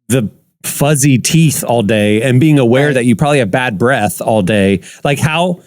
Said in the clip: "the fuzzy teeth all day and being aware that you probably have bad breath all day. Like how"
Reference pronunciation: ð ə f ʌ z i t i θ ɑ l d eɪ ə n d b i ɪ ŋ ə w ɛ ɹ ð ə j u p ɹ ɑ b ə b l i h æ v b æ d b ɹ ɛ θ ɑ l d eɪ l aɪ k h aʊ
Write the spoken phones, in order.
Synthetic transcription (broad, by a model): ð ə f ʌ z i t i θ ɑ l d eɪ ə n b i ɪ ŋ ə w ɛ ɹ ð ə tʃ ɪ p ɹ ɑ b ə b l i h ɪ v b æ d b ɹ ɛ θ ɑ l d eɪ l aɪ k h aʊ